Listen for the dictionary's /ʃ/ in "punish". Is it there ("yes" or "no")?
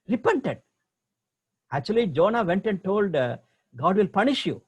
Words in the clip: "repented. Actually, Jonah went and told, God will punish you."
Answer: yes